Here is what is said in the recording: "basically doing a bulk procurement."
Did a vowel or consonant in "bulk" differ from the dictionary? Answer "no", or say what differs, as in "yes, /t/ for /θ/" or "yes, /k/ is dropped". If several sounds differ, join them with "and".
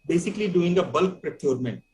no